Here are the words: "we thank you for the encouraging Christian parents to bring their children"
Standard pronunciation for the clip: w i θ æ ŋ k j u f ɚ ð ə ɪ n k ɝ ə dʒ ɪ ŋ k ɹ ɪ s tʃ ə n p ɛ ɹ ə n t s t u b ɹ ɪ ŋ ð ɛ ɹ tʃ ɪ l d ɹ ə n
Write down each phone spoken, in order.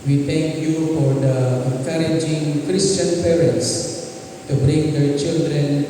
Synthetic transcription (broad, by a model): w i t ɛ ŋ k j u f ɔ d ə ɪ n k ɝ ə dʒ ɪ ŋ k ɹ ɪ s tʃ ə n p ɛ ɹ ə n t s t u b ɹ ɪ ŋ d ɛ tʃ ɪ l d ɹ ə n